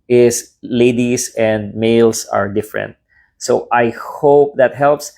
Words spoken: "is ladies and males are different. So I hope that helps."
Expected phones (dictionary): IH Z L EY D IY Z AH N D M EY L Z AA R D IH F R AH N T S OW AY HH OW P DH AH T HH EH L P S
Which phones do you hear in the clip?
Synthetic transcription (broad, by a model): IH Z L EY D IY S AH N D M EY L S AA R D IH F R AH N T S OW AY HH OW P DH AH T HH EH L P S